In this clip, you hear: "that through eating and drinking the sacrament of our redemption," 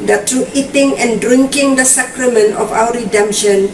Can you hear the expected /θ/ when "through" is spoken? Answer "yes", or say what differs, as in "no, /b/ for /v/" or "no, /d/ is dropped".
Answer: no, /t/ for /θ/